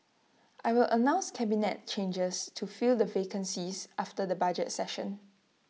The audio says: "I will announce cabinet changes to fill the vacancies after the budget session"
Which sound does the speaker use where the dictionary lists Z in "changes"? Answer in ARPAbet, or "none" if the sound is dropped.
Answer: S